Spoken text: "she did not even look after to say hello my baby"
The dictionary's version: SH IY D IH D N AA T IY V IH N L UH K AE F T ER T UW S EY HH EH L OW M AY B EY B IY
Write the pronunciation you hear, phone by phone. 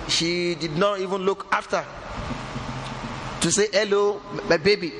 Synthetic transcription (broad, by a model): SH IY D IH D N AA T IY V IH N L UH K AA F T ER T UW S EY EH L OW M AY B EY B IY